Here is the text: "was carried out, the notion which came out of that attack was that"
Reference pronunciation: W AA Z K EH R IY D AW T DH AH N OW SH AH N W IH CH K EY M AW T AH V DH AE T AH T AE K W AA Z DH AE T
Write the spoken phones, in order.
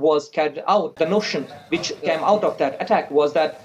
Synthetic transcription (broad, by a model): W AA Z K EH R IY UH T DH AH N OW SH AH N W IH CH K EY M AW T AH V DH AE T AH T AE K W AA Z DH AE T